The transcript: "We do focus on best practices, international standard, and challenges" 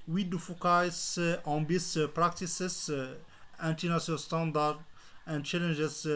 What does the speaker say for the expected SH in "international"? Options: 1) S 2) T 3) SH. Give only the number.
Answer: 1